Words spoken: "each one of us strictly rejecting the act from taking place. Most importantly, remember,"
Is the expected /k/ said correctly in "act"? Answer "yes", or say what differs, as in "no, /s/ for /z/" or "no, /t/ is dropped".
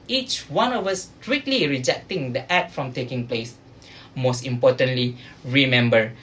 no, /k/ is dropped